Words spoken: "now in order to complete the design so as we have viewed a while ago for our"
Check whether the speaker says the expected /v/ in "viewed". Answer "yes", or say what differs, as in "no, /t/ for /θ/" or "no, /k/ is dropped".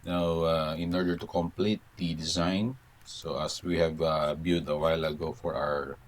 no, /b/ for /v/